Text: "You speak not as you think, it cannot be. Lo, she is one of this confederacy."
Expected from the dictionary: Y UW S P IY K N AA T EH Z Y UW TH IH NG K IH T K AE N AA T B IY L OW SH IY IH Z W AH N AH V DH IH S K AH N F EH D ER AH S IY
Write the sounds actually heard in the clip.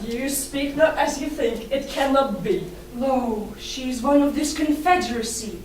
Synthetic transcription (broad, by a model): Y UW S P IY K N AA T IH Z Y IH TH IH NG K IH T K AE N AA T B IY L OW SH IY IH Z W AH N AH V DH IH S K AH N F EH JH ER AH S IY